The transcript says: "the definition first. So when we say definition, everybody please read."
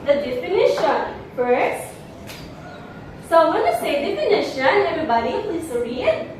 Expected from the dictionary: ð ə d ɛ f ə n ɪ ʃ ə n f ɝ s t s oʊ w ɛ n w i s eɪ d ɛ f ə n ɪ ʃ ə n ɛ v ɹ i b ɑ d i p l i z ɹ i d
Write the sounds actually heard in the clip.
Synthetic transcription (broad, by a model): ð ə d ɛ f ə n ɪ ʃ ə n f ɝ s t s oʊ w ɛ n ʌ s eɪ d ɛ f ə n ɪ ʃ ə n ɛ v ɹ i b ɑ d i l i s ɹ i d